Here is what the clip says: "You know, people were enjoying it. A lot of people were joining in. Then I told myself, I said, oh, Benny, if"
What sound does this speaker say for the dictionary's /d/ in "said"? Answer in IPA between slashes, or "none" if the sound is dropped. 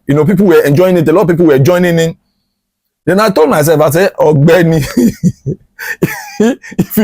none